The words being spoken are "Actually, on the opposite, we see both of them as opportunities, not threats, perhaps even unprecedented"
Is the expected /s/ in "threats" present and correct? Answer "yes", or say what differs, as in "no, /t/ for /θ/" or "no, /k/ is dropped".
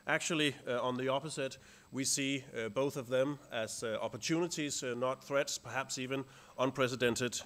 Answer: yes